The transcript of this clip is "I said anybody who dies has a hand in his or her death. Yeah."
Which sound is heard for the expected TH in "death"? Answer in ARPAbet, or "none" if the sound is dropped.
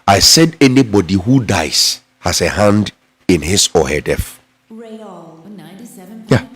F